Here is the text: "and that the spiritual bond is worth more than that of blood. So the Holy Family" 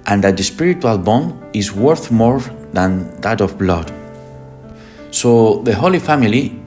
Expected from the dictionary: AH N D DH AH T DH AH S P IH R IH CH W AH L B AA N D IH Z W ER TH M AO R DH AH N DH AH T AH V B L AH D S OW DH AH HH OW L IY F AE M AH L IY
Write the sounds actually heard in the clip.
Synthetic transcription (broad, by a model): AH N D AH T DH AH S P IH R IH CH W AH L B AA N IH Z W ER TH M AO R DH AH N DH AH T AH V B L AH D S OW DH AH HH OW L IY F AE M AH L IY